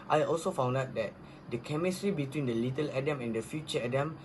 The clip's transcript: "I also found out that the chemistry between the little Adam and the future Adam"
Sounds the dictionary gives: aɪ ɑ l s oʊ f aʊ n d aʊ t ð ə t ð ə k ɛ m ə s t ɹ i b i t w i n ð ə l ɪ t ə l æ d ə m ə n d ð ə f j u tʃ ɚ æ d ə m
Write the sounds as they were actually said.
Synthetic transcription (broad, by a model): aɪ ɑ l s oʊ f aʊ n d aʊ t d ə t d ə k ɛ m ə s t ɹ i b i t w i n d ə l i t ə l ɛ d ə m ə n d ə f j u tʃ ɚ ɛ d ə m